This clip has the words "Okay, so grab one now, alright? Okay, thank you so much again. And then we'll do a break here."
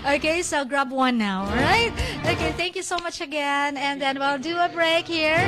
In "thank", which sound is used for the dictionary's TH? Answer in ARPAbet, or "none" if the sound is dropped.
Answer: TH